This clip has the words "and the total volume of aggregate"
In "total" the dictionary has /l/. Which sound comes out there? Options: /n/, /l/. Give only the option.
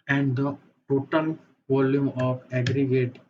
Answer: /n/